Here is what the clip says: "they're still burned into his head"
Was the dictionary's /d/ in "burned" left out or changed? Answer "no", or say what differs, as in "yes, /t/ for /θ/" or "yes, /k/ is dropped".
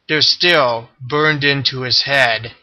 no